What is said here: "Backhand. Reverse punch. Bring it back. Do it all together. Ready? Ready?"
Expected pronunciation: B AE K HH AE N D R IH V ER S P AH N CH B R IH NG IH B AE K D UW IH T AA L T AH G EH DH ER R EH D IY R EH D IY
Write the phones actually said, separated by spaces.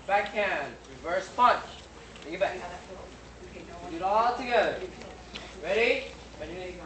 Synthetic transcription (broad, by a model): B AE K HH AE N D R IH V ER S P AH N CH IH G IH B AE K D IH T AA L T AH G EH DH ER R R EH D IY